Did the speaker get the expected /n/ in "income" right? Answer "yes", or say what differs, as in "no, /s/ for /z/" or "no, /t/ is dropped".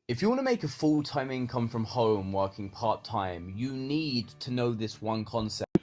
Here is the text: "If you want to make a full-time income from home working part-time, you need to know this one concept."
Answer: yes